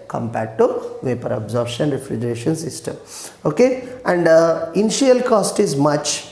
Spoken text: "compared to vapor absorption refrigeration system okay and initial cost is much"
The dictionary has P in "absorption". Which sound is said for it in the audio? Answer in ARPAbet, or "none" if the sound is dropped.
none